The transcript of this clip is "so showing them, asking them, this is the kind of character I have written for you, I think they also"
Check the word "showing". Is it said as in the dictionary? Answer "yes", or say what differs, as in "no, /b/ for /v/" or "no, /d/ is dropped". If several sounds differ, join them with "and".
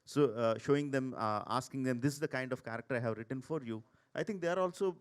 yes